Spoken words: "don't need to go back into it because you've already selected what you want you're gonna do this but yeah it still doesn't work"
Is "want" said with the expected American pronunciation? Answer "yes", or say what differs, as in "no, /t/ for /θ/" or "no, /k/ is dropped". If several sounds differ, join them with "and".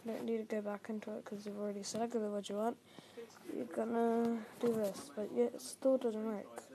yes